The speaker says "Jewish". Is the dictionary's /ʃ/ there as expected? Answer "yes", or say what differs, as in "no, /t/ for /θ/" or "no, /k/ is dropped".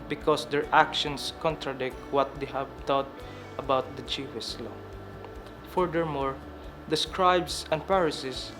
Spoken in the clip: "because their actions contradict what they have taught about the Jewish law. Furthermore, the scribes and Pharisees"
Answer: no, /s/ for /ʃ/